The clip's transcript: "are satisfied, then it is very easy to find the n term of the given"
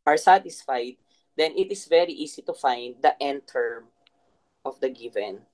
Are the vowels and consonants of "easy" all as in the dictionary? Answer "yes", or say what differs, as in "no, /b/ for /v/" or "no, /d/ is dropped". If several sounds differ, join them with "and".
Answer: no, /s/ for /z/